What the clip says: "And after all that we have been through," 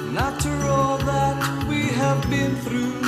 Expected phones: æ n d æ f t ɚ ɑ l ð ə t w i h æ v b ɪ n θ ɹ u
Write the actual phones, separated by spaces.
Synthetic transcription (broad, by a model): n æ t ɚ ɑ l ð ə t w i h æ v b ɪ n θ ɹ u